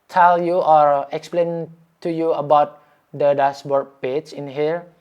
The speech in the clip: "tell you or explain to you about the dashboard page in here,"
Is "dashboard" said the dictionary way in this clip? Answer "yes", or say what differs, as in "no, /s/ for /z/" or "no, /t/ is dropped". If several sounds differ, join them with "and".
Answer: no, /s/ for /ʃ/